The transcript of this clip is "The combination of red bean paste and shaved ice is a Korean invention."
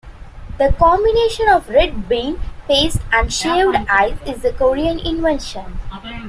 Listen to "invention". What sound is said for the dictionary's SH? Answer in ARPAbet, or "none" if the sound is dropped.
SH